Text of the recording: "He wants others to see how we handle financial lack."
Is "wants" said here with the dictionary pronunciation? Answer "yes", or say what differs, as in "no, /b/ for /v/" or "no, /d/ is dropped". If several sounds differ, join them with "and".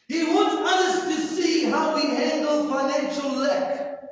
no, /s/ is dropped